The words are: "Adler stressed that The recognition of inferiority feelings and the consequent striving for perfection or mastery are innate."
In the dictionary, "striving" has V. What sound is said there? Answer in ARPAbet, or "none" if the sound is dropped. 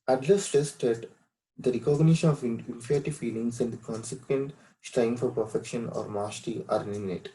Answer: none